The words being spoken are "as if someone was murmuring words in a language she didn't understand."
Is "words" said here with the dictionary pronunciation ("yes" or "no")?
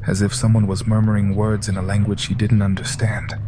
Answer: yes